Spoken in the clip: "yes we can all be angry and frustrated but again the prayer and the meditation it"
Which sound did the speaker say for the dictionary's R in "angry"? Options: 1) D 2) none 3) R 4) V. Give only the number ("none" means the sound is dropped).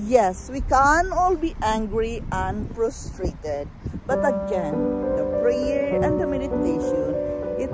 3